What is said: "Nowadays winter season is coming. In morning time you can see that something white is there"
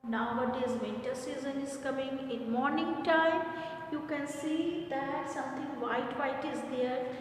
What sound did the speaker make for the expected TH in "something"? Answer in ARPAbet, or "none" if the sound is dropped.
T